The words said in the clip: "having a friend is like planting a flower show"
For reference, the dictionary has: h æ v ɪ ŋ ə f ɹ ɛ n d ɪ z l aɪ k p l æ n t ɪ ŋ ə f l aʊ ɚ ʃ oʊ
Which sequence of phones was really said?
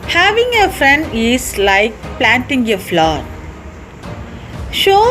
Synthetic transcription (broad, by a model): h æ v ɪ ŋ ə f ɹ ɛ n d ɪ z l aɪ k p l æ n t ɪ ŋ ə f l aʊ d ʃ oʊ